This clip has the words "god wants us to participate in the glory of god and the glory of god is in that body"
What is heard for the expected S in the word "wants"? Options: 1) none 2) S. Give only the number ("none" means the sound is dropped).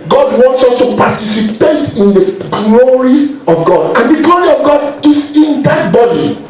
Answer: 2